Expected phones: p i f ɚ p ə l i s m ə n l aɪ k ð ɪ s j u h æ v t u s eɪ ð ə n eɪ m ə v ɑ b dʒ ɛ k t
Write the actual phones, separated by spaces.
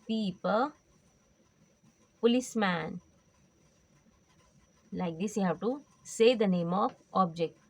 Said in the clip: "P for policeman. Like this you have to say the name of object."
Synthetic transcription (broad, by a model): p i p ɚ p ə l i s m ə n l aɪ k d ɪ s j u h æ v t u s eɪ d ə n eɪ m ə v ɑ b dʒ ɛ k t